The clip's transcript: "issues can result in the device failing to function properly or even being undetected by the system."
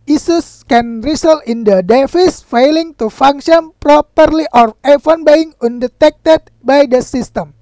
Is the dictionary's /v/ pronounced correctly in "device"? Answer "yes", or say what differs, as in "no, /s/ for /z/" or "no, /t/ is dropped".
no, /f/ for /v/